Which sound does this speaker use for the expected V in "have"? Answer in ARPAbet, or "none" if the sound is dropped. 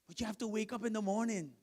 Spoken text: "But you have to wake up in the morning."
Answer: F